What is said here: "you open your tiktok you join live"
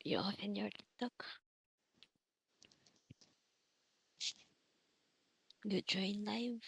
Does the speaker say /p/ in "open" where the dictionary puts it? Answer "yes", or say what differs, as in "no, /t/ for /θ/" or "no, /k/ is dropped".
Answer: no, /f/ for /p/